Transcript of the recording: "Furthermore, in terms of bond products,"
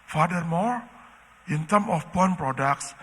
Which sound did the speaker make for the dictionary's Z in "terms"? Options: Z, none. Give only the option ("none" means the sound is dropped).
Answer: none